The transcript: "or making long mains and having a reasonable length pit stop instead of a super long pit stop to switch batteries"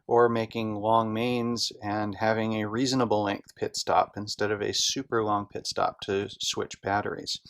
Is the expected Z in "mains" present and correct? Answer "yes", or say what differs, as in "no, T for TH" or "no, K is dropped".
yes